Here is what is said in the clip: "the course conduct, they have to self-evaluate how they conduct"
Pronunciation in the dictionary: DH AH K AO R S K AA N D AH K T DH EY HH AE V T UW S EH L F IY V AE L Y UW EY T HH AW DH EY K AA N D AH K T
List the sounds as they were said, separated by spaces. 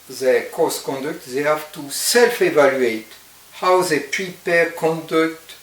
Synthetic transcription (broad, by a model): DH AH K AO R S K AA N D AH K T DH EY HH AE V T UW S EH L F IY V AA L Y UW EY T HH AW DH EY K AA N D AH K T